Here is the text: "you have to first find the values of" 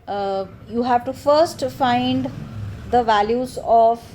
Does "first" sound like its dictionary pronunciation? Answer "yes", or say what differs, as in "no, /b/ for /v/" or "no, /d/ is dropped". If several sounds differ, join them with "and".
yes